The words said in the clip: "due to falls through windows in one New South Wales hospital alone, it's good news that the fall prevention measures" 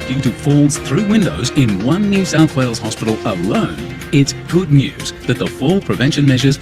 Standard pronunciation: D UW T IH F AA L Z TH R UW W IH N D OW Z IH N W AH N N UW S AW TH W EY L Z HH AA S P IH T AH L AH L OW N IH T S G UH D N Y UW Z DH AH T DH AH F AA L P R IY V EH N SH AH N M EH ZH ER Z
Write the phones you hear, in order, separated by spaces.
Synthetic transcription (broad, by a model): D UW T IH F AA L Z TH R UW W IH N D OW Z IH N W AH N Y UW S AW TH W EY L Z HH AA S P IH T L AH L OW N IH T S G UH D N Y UW Z DH AH T DH AH F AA L P R IY V EH N SH AH N M EH ZH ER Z